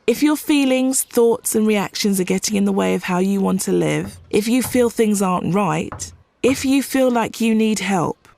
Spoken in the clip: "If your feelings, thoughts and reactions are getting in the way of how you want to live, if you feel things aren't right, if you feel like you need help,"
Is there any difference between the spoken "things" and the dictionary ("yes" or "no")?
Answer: no